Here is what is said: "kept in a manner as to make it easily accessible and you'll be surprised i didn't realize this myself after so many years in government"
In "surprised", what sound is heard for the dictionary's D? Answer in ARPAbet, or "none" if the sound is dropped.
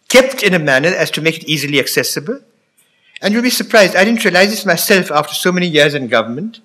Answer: D